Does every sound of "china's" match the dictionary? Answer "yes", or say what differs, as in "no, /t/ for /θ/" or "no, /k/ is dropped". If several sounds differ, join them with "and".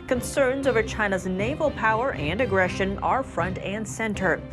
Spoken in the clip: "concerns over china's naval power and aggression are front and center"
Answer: yes